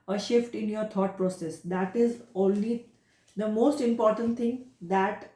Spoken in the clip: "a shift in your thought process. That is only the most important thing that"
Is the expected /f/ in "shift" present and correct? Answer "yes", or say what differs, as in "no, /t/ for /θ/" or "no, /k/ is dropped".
yes